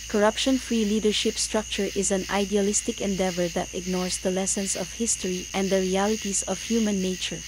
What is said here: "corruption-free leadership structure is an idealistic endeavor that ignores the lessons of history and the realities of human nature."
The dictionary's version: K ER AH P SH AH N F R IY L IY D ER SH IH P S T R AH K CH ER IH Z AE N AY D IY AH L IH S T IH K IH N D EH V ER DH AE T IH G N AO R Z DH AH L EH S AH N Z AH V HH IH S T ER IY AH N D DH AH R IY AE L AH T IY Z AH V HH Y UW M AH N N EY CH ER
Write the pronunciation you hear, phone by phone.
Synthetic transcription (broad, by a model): K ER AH P SH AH N F R IY L IY D ER SH IH P S T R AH K CH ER IH Z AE N AY D IY AH L IH S T IH K IH N D EH V ER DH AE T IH G N AO R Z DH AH L EH S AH N S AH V HH IH S T ER IY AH N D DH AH R IY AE L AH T IY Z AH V HH Y UW M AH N N EY CH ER